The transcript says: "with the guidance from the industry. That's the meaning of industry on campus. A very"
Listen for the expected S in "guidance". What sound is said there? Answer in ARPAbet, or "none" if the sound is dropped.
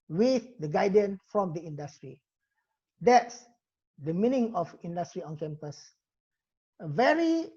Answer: none